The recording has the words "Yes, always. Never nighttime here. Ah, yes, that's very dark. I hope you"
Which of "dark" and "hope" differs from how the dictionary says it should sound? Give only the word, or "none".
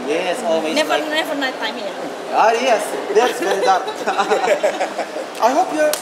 dark